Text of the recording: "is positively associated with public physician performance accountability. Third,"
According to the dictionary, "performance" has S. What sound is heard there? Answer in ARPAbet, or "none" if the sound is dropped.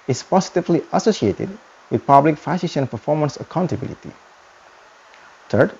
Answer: S